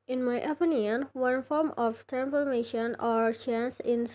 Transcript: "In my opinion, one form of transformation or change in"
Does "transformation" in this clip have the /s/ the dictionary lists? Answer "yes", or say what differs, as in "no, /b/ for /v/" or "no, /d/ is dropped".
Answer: no, /s/ is dropped